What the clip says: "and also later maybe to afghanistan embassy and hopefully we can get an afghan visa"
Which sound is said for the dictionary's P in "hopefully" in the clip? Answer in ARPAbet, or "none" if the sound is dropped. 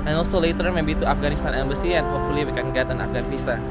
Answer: none